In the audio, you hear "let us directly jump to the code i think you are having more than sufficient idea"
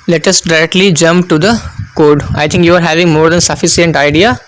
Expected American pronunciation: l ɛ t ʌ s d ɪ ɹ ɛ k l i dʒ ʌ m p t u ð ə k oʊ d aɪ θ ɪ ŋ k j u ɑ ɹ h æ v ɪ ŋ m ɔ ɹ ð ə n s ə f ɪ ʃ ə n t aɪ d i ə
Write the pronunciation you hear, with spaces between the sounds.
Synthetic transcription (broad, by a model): l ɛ t ʌ s d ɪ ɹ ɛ k l i dʒ ʌ m p t u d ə k oʊ d aɪ t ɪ ŋ k j u ɑ ɹ h æ v ɪ ŋ m ɔ ɹ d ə n s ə f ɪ s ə n t aɪ d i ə